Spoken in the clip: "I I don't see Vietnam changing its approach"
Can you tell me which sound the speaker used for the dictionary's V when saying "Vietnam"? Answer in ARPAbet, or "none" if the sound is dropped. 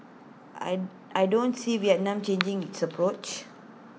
W